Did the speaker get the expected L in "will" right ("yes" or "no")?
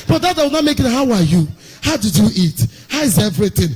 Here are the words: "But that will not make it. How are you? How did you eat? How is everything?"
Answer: no